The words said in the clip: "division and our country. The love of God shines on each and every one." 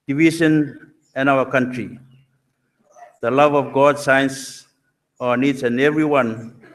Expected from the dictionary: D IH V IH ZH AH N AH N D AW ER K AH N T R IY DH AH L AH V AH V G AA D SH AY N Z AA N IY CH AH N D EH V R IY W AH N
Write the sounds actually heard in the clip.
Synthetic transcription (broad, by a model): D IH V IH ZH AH N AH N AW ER K AH N T R IY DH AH L AH V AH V G AA D S AY N S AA N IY S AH N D EH V R IY W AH N